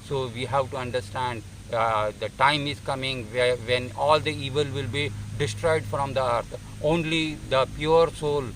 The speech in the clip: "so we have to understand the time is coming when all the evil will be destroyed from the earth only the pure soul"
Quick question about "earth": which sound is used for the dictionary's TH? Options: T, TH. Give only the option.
T